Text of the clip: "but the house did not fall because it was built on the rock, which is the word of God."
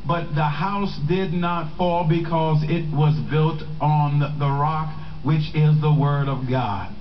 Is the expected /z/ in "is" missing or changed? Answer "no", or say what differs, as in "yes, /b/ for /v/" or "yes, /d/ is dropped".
no